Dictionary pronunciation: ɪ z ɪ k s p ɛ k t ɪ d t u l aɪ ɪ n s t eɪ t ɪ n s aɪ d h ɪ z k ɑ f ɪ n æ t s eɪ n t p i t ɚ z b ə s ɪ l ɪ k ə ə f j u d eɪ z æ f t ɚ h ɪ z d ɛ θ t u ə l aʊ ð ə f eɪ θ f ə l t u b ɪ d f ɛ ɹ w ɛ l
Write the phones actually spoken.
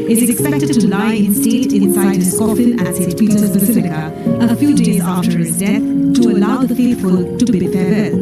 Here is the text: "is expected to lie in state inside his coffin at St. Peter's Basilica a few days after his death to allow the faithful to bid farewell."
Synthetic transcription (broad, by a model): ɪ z ɪ k s p ɛ k t ɪ d t u l aɪ ɪ n s t eɪ t ɪ n s aɪ d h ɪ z k ɑ f ɪ n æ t s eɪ t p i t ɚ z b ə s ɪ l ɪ k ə ə f j u d eɪ z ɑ f t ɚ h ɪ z d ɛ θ t u ə l aʊ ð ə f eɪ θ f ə l t u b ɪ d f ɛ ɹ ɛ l